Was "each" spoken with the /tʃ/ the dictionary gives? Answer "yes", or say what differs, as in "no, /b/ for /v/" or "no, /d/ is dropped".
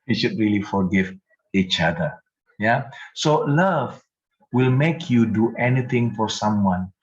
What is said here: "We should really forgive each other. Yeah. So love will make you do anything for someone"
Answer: yes